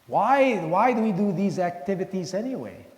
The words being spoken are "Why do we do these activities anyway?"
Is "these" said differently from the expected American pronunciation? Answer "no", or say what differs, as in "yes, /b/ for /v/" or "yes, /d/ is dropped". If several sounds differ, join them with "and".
no